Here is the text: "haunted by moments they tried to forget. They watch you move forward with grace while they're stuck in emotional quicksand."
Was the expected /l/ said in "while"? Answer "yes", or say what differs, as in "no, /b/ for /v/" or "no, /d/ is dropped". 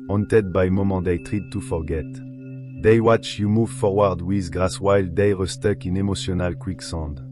yes